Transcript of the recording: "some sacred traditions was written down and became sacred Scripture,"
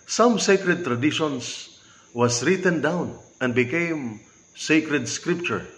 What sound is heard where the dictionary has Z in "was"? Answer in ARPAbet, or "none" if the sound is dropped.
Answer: S